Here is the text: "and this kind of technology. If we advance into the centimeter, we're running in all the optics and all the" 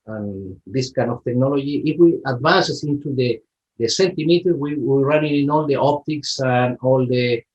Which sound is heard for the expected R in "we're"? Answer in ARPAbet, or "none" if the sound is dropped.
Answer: W